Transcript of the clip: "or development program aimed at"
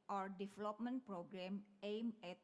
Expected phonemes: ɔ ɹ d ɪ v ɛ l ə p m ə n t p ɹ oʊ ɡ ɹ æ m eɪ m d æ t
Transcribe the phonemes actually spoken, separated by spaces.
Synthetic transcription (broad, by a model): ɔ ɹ d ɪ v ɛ l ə p m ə n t p ɹ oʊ ɡ ɹ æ m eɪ m ɛ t